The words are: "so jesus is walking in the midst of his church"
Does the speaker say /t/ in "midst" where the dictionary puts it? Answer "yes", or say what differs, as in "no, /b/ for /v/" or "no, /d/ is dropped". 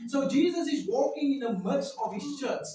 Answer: no, /t/ is dropped